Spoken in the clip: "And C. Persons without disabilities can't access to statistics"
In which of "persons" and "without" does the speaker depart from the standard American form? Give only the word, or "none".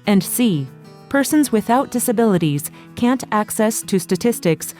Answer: none